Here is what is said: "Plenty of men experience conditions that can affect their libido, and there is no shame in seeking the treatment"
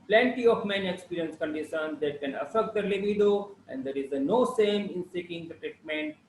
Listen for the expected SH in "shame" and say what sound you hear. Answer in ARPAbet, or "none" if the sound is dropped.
S